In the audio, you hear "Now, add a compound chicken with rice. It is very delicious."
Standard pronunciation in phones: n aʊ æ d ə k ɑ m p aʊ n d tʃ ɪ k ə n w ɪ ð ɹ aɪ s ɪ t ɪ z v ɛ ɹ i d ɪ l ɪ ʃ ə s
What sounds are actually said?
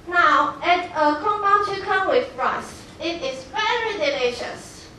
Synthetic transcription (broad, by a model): n aʊ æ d ə k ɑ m b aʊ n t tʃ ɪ k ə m w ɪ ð ɹ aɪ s ɪ t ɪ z v ɛ ɹ i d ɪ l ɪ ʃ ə s